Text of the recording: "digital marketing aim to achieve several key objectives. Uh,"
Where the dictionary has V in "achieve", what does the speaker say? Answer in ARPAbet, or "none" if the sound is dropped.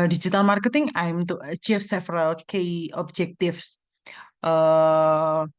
F